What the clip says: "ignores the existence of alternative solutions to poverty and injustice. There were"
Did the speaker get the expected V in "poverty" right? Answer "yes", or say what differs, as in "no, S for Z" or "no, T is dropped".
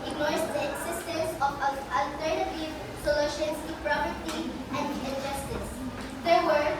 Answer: no, P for V